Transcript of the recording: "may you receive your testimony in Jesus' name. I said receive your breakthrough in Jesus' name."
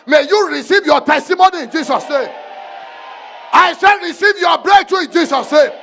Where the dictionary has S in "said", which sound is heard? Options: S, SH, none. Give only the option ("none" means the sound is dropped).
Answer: SH